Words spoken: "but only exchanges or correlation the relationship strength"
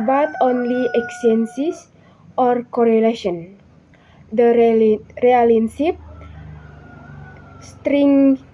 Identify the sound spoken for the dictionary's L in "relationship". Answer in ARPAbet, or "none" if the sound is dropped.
none